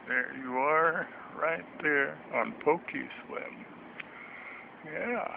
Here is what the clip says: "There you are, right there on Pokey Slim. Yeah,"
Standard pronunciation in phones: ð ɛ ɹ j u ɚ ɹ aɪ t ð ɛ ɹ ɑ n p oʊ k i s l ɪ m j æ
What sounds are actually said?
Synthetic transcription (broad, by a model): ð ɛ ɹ j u ɚ ɹ aɪ t ð ɛ ɹ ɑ n p oʊ k i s w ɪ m j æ